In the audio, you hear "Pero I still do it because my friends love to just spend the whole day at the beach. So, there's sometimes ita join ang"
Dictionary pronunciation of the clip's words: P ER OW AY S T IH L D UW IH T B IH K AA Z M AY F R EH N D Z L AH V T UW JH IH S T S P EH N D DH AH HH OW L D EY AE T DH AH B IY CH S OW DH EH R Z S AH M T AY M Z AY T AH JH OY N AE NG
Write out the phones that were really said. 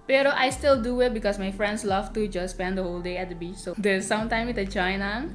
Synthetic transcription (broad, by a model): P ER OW AY S T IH L D UW IH T B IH K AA S M AY F R EH N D S L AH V T UW JH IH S S P EH N D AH HH OW L D EY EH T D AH B IY CH S OW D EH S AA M T AY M IY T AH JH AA N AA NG